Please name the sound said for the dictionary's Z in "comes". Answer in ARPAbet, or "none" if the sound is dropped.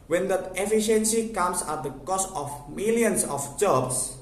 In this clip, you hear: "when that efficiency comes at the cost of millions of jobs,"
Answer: S